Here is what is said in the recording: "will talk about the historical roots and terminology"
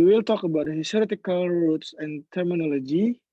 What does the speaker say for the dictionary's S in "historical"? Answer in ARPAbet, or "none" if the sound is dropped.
none